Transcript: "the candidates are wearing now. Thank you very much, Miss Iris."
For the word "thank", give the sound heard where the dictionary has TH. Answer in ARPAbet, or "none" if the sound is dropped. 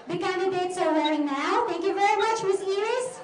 T